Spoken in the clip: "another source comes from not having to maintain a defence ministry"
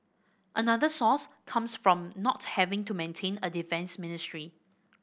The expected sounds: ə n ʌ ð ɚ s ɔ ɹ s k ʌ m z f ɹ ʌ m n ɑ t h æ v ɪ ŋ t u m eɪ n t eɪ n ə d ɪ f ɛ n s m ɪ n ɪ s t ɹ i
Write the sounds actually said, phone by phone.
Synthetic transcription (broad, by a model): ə n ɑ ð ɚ s ɔ s k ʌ m s f ɹ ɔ m n ɑ t h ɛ v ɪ ŋ t u m eɪ n t eɪ n ə d ɪ f ɛ n s m ɪ n ɪ s t ɹ i